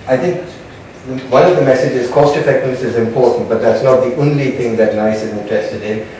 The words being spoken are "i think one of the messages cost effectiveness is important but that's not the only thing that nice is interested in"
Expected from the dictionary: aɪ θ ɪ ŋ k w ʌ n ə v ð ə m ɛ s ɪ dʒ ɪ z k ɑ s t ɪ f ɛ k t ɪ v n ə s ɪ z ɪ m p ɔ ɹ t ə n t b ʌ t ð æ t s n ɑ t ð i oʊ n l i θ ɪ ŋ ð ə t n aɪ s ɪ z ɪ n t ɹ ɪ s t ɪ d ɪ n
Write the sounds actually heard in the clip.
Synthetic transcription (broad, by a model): aɪ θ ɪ ŋ k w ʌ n ə v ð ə m ɛ s ɪ dʒ ɪ z k ɑ s t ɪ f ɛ k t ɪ n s ɪ z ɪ m p ɔ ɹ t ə n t b ʌ t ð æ t s n ɑ t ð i oʊ n l i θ ɪ ŋ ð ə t n aɪ s ɪ z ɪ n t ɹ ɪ s t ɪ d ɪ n